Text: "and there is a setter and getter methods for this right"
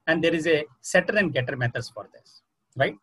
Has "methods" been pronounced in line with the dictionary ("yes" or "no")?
no